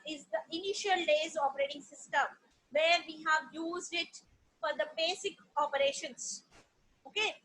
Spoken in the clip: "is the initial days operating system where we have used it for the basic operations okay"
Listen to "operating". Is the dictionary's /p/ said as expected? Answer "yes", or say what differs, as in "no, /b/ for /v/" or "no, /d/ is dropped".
yes